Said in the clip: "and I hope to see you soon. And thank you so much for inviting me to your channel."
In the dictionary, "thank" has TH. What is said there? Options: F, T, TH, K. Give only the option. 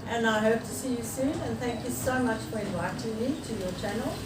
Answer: TH